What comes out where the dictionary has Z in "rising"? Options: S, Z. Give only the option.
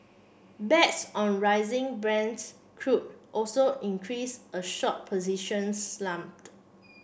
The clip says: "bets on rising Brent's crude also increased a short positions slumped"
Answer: Z